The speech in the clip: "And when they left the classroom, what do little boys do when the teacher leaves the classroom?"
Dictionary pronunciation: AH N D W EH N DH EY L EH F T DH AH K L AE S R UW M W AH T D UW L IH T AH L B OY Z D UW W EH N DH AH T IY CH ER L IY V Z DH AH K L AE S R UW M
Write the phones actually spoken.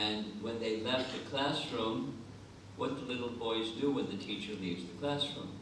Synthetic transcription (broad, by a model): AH N W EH N DH EY L EH F T DH AH K L AE S R UW M W AH T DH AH L IH T L B OY Z D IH W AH N DH AH T IY CH ER L IY V Z DH AH K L AE S R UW M